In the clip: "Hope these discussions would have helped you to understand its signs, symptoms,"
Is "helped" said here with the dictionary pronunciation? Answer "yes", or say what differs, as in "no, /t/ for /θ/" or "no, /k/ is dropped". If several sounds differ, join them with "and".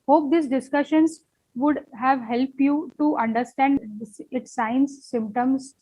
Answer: yes